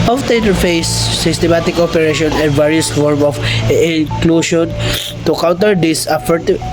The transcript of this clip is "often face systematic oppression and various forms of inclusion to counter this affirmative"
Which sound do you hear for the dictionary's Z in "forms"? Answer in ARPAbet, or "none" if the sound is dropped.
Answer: none